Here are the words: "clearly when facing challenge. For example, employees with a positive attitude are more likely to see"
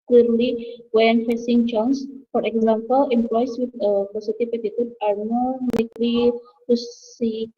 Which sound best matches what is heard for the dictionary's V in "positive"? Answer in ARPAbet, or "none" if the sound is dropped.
P